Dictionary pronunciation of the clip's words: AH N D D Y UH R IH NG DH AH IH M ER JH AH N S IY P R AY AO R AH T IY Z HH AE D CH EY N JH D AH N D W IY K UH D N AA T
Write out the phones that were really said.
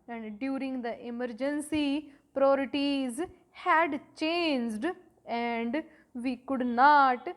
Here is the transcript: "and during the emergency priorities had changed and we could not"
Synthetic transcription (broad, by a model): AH N D D Y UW R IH NG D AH IH M ER JH AH N S IY P R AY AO R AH T IY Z HH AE D CH EY N JH D AH N D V IY K UH D N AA T